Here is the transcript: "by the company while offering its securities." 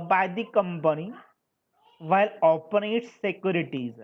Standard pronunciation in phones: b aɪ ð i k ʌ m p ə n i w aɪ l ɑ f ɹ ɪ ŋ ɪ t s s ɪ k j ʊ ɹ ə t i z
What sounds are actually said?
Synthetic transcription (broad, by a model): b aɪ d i k ʌ m p ə n i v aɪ l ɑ p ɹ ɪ t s s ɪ k j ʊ ɹ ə t i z